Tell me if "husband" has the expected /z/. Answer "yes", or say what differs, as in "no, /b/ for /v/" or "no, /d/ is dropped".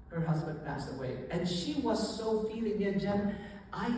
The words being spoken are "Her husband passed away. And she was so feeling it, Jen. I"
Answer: yes